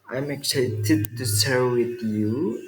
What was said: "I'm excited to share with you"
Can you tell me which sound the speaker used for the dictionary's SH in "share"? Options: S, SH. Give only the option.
S